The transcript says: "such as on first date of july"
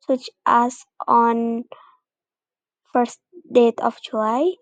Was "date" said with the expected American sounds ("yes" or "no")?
yes